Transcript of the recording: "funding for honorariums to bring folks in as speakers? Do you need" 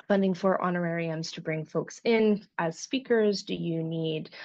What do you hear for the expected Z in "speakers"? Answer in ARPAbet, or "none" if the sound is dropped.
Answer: Z